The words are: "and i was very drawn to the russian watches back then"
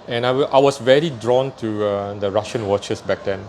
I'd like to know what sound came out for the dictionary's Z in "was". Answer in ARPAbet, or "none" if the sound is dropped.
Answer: S